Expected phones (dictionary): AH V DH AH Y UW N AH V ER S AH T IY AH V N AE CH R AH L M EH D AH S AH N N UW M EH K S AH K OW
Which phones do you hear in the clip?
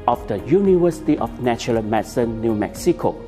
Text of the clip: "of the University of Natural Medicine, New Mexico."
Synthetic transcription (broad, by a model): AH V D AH Y UW N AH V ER S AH T IY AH F N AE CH AH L M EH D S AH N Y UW M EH K S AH K OW